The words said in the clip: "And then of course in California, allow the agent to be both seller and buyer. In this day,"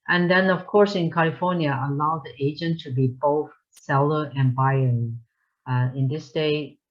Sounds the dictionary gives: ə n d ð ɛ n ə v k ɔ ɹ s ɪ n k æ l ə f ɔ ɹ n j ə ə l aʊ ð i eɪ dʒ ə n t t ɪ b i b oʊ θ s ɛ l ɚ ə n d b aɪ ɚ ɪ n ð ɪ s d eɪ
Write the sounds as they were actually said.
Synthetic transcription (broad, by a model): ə n ð ɛ n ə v k ɔ ɹ s ɪ n k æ l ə f ɔ ɹ n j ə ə l aʊ ð i eɪ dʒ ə n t t ɪ b i b oʊ θ s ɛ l ɚ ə n b aɪ ɚ ɪ n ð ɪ s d eɪ